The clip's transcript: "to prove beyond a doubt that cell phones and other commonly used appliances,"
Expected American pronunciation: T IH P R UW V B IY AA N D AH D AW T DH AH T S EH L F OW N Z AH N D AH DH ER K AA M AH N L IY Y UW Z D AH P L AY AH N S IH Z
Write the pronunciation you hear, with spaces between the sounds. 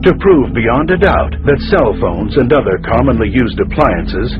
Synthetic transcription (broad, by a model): T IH P R UW V B IY AA N D AH D AW T DH AH T S EH L F OW N Z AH N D AH DH ER K AA M AH N L IY Y UW Z D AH P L AY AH N S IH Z